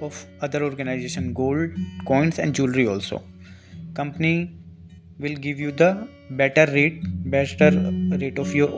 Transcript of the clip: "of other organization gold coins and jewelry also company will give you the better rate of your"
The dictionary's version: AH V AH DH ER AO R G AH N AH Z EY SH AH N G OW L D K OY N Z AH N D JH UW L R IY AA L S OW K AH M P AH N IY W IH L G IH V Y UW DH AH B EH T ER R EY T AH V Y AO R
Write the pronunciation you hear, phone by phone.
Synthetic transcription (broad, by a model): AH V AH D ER AO R G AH N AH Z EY SH AH N G OW L D K OY N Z AH N D JH UW L R IY AA L S OW K AH M P AH N IY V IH L G IH V Y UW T AH B EH T ER R EY T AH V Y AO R